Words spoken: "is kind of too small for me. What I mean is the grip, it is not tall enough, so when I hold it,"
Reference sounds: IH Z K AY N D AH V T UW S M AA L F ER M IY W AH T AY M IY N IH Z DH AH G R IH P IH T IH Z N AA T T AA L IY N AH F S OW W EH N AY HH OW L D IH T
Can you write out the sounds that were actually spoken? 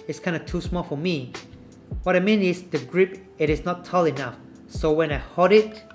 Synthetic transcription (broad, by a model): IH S K AY N D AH T UW S M AA L F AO M IY W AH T AY M IY N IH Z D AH G R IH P IH T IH S N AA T T AA L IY N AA F S OW W EH N AY HH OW D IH T